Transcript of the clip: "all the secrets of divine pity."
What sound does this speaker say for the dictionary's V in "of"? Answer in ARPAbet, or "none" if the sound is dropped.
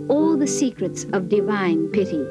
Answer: V